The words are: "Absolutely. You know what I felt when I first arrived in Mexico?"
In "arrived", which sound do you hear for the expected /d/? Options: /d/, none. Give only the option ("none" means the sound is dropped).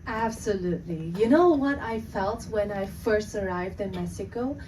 /d/